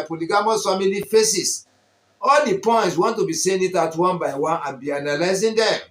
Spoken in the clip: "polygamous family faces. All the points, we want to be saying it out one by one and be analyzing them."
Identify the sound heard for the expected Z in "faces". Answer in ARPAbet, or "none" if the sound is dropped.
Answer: S